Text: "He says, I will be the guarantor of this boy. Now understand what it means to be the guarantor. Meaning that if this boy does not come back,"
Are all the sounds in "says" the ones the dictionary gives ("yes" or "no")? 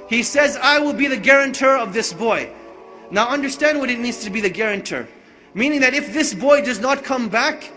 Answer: yes